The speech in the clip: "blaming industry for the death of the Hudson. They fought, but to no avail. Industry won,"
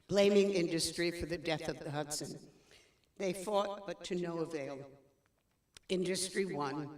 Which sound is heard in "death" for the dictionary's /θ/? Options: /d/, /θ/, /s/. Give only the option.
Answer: /θ/